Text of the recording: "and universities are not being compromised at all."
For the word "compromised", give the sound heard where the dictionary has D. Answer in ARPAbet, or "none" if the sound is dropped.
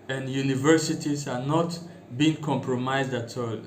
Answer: D